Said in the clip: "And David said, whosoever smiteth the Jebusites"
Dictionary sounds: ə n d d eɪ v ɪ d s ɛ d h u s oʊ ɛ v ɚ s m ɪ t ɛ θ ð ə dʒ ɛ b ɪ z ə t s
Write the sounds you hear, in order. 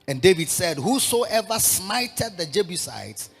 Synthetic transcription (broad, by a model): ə n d d eɪ v ɪ d s ɛ d h u s oʊ ɛ v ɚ s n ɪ t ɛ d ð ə dʒ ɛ b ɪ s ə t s